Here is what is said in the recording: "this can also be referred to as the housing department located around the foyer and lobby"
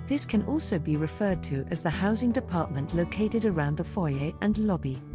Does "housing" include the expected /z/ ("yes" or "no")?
yes